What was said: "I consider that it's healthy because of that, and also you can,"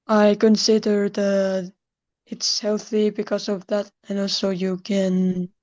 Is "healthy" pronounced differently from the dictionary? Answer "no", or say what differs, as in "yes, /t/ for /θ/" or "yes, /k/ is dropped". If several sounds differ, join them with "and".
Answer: no